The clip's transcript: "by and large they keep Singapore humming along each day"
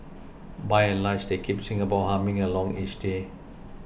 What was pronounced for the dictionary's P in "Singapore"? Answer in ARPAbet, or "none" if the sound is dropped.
B